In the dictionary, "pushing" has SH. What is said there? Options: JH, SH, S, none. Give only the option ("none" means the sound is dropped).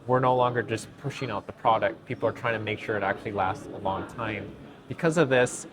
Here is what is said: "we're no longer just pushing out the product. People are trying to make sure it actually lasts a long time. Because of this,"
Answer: SH